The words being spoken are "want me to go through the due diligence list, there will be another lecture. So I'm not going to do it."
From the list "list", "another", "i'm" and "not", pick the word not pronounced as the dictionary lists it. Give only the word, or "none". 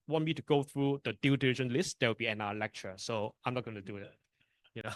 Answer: another